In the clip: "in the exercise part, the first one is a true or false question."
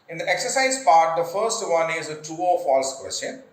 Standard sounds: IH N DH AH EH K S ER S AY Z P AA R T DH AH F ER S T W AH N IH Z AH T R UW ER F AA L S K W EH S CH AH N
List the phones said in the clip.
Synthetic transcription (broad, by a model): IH N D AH EH K S ER S AY Z P AA R T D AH F ER S T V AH N IH Z AH T UW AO F AA L S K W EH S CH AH N